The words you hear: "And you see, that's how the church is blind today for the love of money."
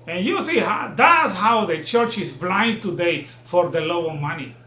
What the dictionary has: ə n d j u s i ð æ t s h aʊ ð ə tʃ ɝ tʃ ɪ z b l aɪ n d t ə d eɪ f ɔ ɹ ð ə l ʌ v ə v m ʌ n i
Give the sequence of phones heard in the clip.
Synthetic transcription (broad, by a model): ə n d j u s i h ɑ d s h aʊ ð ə tʃ ɝ tʃ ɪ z b l aɪ n d t ə d eɪ f ɔ ɹ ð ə l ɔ ə m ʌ n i